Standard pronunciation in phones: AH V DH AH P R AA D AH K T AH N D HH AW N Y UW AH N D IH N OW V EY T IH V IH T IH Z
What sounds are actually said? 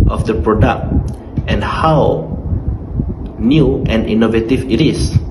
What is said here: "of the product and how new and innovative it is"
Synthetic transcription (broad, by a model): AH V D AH P R AA D AH K T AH N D HH AW N Y UW AH N D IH N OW V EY T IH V IH T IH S